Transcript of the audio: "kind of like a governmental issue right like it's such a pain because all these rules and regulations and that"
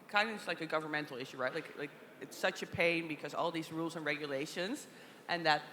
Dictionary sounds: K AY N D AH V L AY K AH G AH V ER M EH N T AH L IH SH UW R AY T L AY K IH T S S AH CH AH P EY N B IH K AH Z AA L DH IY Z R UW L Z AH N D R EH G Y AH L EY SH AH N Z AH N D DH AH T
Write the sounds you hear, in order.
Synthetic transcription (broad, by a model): K AY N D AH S L AY K AH G AH V ER M EH N T L IH SH UW R AY T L AY K IH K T S AH CH AH P EY N B IH K AH Z AA L DH IY Z R UW L Z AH N R EH G Y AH L EY SH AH N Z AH N DH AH T